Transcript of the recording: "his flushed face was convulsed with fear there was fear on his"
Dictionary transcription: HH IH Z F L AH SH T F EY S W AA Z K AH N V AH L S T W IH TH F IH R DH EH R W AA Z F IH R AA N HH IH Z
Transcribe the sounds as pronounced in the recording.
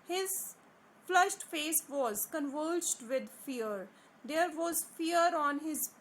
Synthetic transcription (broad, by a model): HH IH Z F L AH SH T F EY S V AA Z K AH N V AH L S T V IH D F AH R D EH R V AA Z F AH R AA N HH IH Z